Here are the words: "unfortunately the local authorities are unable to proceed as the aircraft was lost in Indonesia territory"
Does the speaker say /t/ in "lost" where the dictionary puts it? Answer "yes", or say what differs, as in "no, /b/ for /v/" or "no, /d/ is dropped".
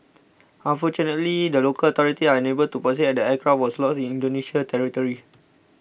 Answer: no, /t/ is dropped